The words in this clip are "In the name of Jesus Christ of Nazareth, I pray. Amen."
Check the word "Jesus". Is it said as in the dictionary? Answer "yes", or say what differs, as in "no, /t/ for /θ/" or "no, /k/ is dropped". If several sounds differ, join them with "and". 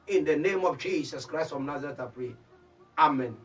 no, /s/ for /z/